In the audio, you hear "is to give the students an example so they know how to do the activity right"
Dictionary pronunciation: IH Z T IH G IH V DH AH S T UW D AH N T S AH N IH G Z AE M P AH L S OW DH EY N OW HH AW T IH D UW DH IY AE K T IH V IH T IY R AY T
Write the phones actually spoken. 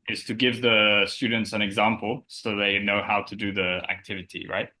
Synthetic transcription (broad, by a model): IH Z T IH G IH V DH AH S T UW D N T S AH N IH G Z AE M P L S OW DH EY N OW HH AW T IH D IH DH IY AE K T IH V IH T IY R AY T